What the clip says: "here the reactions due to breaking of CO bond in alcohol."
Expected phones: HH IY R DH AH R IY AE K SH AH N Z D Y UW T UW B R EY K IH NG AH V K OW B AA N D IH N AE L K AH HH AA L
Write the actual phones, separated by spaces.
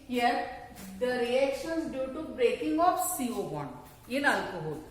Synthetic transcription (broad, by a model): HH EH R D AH R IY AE K SH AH N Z D Y UW T UW B R EY K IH NG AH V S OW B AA N IH N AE L K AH HH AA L